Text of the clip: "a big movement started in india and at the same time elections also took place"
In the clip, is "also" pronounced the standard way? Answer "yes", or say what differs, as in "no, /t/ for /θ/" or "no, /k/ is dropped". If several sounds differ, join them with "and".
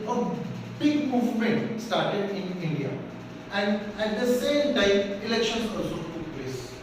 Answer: no, /l/ is dropped